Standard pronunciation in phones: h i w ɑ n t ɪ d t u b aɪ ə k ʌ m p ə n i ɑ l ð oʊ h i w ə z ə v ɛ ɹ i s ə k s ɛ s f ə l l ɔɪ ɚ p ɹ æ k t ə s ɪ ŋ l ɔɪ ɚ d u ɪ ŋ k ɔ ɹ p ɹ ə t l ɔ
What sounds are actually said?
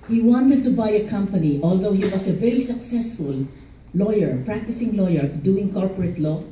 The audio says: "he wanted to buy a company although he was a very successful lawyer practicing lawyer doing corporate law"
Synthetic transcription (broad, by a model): h i w ɑ n t ɪ d t u b aɪ ə k ʌ m p ə n i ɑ l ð oʊ h i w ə s ə v ɛ ɹ i s ə k s ɛ s f ə l l ɔɪ ɚ p ɹ æ k t ə s ɪ ŋ l ɔɪ ɚ d u ɪ ŋ k ɔ ɹ p ɹ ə t l ɔ